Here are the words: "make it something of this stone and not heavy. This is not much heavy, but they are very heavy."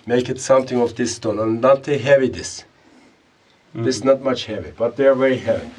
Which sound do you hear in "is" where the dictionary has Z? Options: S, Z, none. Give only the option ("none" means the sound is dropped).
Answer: S